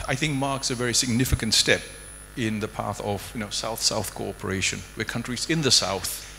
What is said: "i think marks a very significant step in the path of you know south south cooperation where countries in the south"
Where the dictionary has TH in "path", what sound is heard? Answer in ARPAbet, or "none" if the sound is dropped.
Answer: TH